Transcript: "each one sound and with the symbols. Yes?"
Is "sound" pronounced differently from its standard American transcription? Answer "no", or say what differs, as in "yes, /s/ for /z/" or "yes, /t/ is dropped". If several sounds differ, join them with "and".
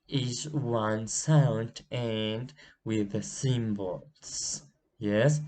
no